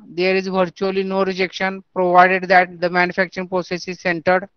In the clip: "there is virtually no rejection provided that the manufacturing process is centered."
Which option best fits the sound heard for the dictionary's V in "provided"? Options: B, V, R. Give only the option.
V